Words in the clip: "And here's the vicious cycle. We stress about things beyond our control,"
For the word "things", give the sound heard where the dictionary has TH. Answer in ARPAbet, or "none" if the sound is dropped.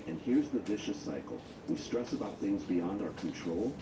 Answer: TH